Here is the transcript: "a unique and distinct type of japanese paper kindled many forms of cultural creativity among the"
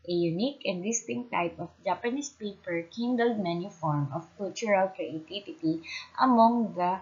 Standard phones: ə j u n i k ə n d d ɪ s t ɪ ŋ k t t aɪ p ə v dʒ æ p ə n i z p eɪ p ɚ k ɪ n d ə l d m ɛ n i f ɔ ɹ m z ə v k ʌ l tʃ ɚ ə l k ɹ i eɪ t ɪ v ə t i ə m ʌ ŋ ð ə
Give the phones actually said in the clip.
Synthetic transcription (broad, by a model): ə j u n i k ə n d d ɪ s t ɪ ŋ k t t aɪ p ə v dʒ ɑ p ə n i s p eɪ p ɚ k ɪ n d ə l d m ɛ n i f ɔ ɹ m ə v k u l tʃ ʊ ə l k ɹ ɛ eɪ t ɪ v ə t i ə m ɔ ŋ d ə